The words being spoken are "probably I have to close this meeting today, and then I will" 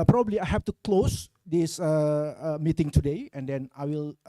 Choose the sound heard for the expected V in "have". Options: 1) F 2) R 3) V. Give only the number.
1